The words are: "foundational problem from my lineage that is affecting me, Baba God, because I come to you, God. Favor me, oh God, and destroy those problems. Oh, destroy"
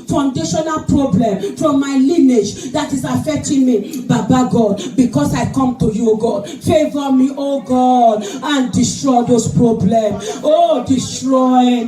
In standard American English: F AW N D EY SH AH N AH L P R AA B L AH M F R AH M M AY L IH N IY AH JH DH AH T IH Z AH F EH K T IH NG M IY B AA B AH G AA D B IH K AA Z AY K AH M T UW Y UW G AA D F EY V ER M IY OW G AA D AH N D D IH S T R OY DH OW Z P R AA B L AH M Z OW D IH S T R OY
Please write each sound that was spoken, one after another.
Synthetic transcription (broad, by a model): F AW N D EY SH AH N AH L P R AA B L AH M F R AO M M AY L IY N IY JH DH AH T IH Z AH F EH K T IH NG M IY B AA B AH G AA D B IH K AA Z AY K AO M T UW Y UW G AA D F EY V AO M IY OW G AA D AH N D D IH S T R OY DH OW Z P R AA B L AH M OW D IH S T R OY